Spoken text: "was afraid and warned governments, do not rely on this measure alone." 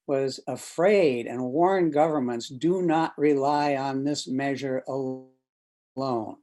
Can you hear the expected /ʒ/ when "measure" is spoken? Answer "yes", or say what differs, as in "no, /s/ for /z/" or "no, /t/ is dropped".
yes